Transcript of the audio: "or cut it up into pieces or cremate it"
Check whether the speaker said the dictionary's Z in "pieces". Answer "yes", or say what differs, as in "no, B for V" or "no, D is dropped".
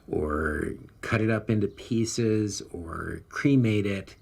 yes